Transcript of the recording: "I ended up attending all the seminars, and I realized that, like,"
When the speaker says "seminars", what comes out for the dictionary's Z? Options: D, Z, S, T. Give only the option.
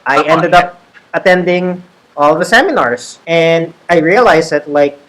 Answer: S